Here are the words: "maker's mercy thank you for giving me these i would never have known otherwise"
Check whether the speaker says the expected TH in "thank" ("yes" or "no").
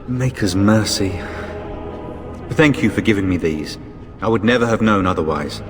yes